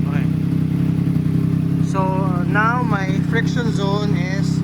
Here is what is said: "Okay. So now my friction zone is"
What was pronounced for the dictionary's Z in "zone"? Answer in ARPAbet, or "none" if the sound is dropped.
Z